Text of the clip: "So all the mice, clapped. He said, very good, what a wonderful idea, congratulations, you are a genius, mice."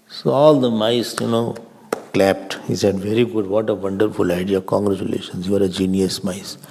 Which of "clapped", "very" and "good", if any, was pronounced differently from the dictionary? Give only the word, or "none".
none